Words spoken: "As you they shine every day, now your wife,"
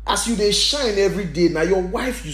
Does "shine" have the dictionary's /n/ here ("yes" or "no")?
yes